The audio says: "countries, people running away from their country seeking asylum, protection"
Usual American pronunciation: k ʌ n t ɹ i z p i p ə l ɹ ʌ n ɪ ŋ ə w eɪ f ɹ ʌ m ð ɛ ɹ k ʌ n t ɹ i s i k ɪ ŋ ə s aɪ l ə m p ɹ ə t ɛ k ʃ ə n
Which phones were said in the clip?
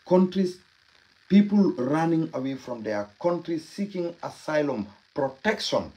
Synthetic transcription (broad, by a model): k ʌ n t ɹ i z p i p ə l ɹ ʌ n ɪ ŋ ə w eɪ f ɹ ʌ m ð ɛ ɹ k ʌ n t ɹ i s i k ɪ ŋ ə s aɪ l ə m p ɹ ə t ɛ k ʃ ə n